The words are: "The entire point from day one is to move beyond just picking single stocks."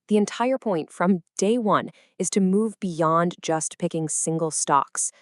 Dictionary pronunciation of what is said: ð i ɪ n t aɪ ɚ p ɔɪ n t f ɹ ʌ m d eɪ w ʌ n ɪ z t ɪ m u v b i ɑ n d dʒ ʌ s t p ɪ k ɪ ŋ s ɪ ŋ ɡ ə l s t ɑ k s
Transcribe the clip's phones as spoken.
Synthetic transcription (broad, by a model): ð i ɪ n t aɪ ɚ p ɔɪ n t f ɹ ʌ m d eɪ w ʌ n ɪ z t ɪ m u v b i ɑ n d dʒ ʌ s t p ɪ k ɪ ŋ s ɪ ŋ ɡ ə l s t ɑ k s